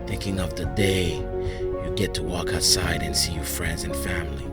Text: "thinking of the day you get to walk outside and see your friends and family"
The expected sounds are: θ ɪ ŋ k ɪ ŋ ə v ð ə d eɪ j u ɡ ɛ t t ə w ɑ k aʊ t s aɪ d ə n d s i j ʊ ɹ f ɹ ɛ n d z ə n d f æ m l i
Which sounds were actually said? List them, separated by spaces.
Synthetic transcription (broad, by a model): θ ɪ ŋ k ɪ ŋ ə v ð ə d eɪ j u ɡ ɛ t t ə w ɑ k aʊ t s aɪ d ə n s i j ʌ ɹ f ɹ ɛ n d z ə n f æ m l i